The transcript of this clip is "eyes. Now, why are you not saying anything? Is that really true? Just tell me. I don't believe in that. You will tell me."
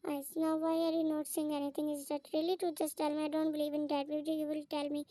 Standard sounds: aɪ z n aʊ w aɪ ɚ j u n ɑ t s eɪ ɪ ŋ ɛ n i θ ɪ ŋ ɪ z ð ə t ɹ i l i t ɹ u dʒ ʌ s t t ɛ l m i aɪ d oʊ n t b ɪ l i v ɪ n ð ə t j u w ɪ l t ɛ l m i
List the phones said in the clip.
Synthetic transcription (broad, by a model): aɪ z n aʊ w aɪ ɚ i n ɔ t s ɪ ŋ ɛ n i t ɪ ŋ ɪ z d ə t ɹ i l i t u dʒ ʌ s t t ɛ l m i aɪ d oʊ n t b ɪ l i v ɪ n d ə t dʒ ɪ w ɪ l t ɛ l m i